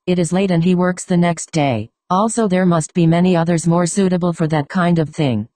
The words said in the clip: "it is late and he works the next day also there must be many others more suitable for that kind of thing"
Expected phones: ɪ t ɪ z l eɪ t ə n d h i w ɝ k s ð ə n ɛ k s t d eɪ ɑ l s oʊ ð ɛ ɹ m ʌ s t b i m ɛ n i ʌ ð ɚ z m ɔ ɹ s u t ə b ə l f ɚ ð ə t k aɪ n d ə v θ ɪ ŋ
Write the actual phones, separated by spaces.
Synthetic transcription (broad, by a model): ɪ t ɪ z l eɪ t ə n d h i w ɝ k s ð ə n ɛ k s t d eɪ ɑ l s oʊ ð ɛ ɹ m ʌ s t b i m ɛ n i ʌ ð ɚ z m ɔ ɹ s u t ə b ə l f ɚ ð ə t k aɪ n d ə v θ ɪ ŋ